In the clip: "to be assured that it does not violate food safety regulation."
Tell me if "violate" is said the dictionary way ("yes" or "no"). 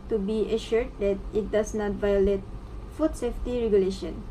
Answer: yes